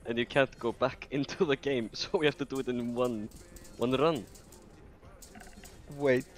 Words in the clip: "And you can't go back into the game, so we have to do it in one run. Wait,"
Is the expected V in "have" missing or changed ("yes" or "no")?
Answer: yes